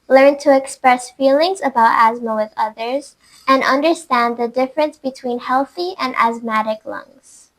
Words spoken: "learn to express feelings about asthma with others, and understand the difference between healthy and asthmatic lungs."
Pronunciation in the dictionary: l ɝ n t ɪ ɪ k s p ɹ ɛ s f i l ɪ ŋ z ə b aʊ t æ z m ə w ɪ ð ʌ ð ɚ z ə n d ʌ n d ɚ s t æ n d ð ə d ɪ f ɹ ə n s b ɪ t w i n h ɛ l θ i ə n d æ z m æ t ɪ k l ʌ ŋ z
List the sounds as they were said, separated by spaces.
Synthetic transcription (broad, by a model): l ɝ n t ɪ ɪ k s p ɹ ɛ s f i l ɪ ŋ z ə b aʊ t æ z m ə w ɪ ð ʌ ð ɚ z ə n ʌ n d ɚ s t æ n ð ə d ɪ f ɹ ə n s b ɪ t w i n h ɛ l θ i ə n æ z m æ t ɪ k l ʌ ŋ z